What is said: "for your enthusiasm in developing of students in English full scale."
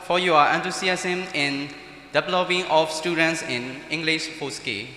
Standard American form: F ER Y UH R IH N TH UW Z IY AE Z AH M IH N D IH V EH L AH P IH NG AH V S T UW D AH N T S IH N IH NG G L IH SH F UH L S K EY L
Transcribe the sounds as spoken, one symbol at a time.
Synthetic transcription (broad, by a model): F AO Y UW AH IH N T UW S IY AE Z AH M IH N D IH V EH L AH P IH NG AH F S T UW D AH N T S IH N IH NG G L IH SH P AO S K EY